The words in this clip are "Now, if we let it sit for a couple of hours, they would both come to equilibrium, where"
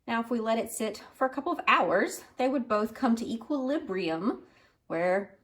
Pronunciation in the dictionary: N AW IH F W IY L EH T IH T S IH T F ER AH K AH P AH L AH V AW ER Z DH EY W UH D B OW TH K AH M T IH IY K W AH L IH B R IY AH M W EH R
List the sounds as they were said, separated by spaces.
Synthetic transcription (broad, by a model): N AW IH F W IY L EH T IH T S IH T F ER AH K AH P L AH V AW ER Z DH EY W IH D B OW TH K AH M T IH IY K W AH L IH B R IY AH M W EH R